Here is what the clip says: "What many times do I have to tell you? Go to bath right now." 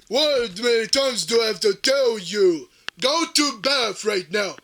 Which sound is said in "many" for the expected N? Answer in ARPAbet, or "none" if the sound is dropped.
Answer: none